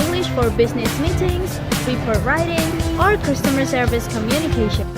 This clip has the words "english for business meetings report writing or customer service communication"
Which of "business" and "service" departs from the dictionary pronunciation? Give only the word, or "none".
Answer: none